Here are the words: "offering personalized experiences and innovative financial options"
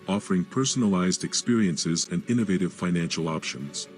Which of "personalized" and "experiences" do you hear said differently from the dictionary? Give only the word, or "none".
none